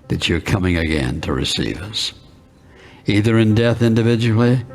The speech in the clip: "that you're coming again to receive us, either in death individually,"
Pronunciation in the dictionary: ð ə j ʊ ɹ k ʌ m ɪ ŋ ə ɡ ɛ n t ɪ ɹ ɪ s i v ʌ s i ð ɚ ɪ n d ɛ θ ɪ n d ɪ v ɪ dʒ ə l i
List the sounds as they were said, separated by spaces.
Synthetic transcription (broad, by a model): ð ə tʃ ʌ ɹ k ʌ m ɪ ŋ ə ɡ ɛ n t ɪ ɹ ɪ s i v ʌ s i ð ɚ ɪ n d ɛ θ ɪ n d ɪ v ɪ dʒ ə l i